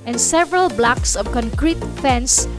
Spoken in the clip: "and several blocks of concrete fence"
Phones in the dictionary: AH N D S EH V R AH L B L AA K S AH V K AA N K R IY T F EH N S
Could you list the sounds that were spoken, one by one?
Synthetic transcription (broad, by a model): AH N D S EH V R AH L B L AA K S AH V K AA N K R IY T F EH N S